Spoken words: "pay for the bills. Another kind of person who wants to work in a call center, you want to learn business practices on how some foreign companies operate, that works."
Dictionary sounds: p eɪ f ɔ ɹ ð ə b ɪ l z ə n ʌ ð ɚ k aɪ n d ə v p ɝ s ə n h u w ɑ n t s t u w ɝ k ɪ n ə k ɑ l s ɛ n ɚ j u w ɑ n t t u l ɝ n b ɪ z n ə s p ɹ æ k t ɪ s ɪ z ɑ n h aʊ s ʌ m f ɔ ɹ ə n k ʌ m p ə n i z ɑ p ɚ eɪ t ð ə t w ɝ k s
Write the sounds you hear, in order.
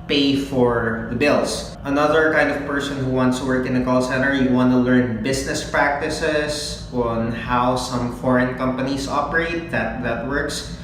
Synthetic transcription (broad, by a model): p eɪ f ɔ ɹ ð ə b ɪ l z ə n ʌ ð ɚ k aɪ n d ə v p ɝ s ə n h u w ɑ n t s t u w ɝ k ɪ n ə k ɑ l s ɛ n ɚ j u w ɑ n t t u l ɝ n b ɪ s n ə s p ɹ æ k t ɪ s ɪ s ɑ n h aʊ s ʌ m f ɔ ɹ ə n k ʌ m p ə n i s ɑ p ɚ eɪ t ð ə t w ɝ k s